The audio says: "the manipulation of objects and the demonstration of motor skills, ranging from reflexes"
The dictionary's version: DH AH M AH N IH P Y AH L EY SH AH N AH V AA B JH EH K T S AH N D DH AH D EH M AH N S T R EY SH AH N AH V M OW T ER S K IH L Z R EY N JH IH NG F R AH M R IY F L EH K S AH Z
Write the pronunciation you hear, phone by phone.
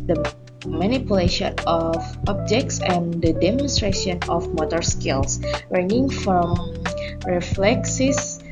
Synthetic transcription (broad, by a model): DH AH M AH N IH P Y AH L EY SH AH N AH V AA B JH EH K T S AH N D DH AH D EH M AH N S T R EY SH AH N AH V M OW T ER S K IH L S R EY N IH NG F R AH M R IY F L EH K S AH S